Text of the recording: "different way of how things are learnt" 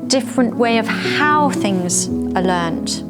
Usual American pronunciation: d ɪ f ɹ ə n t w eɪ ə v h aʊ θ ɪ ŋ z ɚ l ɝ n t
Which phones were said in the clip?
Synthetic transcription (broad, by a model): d ɪ f ɹ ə n t w eɪ ə v h aʊ θ ɪ ŋ z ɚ l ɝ n t